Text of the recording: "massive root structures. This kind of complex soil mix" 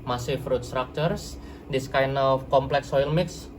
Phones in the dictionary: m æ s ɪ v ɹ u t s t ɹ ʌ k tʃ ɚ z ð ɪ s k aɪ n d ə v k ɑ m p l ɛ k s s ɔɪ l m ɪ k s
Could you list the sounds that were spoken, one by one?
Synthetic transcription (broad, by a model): m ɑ s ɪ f ɹ u t s t ɹ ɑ k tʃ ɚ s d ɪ s k aɪ n ə f k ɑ m p l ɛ k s s ɔɪ l m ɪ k s